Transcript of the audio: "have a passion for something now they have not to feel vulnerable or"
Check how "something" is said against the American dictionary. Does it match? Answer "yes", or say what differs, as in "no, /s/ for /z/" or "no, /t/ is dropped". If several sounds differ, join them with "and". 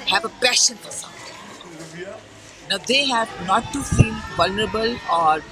no, /t/ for /θ/